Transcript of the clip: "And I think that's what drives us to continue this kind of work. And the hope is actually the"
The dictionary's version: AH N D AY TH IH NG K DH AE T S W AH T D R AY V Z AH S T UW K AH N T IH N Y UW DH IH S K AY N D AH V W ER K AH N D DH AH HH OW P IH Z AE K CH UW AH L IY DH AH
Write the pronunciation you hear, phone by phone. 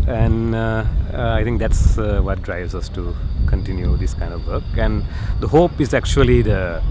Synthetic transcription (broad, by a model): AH N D AY T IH NG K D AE T S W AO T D R AY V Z AH S T UW K AH N T IH N Y UW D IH S K AY N D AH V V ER K AH N D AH HH OW P IH Z AE K CH UW AH L IY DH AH